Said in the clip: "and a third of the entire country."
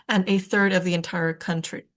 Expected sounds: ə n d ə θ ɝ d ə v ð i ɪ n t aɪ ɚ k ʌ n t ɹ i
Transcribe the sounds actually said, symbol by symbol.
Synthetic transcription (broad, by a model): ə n ə θ ɝ d ə v ð i ɪ n t aɪ ɚ k ʌ n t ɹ i